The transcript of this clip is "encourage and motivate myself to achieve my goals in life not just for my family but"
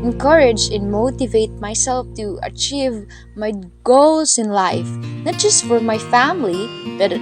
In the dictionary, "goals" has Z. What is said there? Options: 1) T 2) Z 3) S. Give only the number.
3